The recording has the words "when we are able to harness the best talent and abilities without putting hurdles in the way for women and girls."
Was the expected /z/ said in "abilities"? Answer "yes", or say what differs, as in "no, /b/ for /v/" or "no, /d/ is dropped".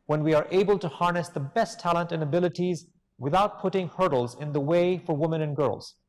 yes